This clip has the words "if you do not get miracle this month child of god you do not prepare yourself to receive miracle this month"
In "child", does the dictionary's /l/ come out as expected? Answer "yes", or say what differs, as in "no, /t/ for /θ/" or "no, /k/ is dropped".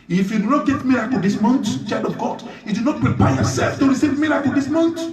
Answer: no, /l/ is dropped